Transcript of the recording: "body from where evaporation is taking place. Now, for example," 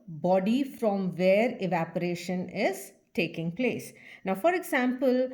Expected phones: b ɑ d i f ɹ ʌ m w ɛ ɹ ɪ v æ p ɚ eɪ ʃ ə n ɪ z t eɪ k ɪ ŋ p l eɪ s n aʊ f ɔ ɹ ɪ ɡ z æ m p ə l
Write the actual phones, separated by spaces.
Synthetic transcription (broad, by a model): b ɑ d i f ɹ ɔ m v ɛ ɹ ɪ v æ p ɚ eɪ ʃ ə n ɪ z t eɪ k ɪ ŋ p l eɪ s n aʊ f ɔ ɹ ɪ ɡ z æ m p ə l